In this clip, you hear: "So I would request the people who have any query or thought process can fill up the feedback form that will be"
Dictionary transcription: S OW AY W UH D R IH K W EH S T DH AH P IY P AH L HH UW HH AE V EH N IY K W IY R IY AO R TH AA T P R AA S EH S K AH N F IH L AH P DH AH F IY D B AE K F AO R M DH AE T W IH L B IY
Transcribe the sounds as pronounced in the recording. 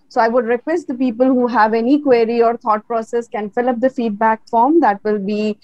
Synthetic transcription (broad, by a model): S OW AY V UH D R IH K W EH S T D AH P IY P AH L HH UW HH AE V EH N IY K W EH R IY AO R T AA T P R AA S EH S K AH N F IH L AH P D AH F IY D B AE K F AO R M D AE T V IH L B IY